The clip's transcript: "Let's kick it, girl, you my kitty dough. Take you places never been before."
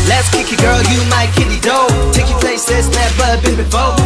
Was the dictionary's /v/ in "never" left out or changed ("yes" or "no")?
yes